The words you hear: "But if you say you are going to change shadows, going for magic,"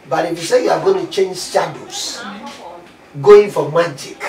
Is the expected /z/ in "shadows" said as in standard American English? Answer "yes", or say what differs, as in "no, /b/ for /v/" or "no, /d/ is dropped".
no, /s/ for /z/